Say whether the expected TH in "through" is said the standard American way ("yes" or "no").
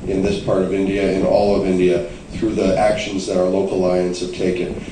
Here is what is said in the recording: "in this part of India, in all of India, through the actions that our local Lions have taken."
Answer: yes